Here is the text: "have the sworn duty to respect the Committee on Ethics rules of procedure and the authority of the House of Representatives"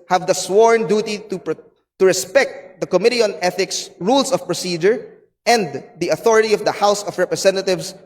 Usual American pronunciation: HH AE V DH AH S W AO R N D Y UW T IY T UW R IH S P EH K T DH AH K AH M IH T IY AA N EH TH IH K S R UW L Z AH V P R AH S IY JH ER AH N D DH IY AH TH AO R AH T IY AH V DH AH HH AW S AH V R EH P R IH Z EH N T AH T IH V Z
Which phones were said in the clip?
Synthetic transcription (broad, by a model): HH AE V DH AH S W AO R N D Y UW T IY T UW R IH S P EH K T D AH K AH M IH T IY AA N EH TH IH K S R UW L S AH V P R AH S IY JH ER AH N D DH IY AH TH AO R AH T IY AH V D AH HH AW S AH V R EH P R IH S EH N T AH T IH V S